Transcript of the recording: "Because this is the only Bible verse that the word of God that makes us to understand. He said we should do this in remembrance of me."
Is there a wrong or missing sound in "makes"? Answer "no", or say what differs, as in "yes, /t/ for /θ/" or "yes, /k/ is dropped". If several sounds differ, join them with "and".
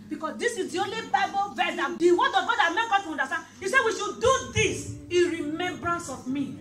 yes, /s/ is dropped